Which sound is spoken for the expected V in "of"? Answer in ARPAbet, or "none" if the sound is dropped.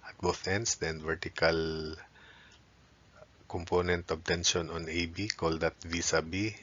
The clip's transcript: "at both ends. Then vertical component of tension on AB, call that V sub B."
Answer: B